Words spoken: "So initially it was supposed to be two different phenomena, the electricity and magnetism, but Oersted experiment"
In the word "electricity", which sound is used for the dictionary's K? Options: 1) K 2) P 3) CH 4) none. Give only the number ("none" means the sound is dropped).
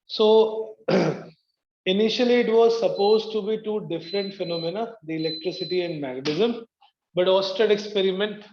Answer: 1